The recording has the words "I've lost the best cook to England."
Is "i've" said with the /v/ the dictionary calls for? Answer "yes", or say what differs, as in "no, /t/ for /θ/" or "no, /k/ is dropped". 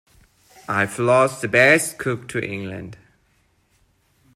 no, /f/ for /v/